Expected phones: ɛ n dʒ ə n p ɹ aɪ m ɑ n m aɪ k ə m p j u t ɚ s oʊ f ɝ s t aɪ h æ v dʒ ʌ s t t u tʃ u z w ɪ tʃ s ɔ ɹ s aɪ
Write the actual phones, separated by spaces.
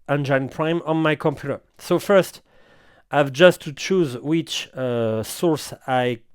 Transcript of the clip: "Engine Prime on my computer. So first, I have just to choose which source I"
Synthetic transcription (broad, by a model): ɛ n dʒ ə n p ɹ aɪ m ɑ n m aɪ k ə m p j u t ɚ s oʊ f ɝ s t aɪ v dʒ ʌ s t t u tʃ u z w ɪ tʃ s ɔ ɹ s aɪ